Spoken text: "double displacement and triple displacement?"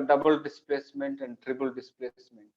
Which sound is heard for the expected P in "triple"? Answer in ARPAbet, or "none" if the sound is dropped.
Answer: B